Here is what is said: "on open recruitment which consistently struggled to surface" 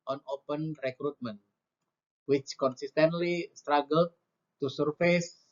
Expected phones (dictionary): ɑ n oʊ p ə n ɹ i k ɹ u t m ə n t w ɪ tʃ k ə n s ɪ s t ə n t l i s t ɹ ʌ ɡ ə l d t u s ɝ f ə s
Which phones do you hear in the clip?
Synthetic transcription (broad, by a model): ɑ n oʊ p ə n ɹ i k ɹ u t m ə n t w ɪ tʃ k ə n s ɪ s t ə n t l i s t ɹ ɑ ɡ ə l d t u s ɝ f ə s